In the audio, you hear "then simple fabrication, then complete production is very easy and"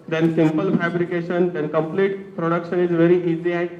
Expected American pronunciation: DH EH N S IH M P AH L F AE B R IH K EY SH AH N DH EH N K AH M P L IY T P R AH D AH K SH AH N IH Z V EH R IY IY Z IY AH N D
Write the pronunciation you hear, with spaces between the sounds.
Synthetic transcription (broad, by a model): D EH N S IH M P AH L F AE B R IH K EY SH AH N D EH N K AH M P L IY T P R AH D AH K SH AH N IH Z V EH R IY IY Z IY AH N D